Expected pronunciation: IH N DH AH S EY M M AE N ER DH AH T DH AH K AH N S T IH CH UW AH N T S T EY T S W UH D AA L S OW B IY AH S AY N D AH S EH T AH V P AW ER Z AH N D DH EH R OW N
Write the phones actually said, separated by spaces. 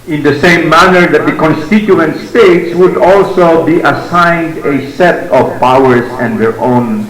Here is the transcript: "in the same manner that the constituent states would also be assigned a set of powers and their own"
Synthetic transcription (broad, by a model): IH N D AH S EY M M AE N ER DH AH T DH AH K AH N S T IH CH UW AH N T S T EY T S W UH D AA L S OW B IY AH S AY N D AH S EH T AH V P AW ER S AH N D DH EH R OW N